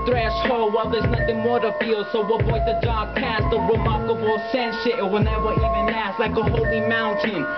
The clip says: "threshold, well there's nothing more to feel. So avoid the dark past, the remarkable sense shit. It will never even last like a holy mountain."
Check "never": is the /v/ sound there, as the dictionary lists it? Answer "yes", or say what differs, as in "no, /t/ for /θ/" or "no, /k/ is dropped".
no, /w/ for /v/